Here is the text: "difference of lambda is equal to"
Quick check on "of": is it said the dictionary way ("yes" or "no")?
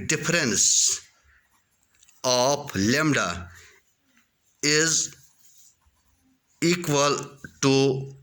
no